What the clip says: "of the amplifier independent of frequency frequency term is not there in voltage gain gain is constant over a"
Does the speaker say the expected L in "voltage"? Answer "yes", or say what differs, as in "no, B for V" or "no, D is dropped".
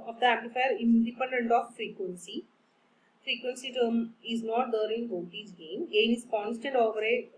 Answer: no, L is dropped